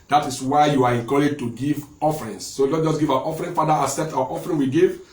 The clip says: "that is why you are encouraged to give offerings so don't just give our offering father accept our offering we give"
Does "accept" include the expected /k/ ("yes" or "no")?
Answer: no